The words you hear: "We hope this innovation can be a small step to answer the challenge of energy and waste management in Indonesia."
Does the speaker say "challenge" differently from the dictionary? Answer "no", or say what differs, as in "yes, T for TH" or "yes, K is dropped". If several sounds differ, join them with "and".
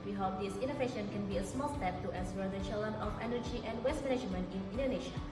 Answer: yes, JH is dropped